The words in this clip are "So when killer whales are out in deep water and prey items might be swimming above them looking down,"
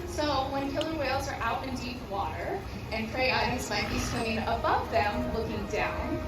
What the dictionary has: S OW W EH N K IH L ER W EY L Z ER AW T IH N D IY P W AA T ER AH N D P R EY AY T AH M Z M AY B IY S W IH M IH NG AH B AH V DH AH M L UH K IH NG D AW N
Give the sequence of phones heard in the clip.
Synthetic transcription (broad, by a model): S OW W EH N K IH L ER W EY L Z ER AW T IH N D IY P W AA T ER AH N P R EY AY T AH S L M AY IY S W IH IH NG AH B AH V DH AH M L UH K IH NG D AW N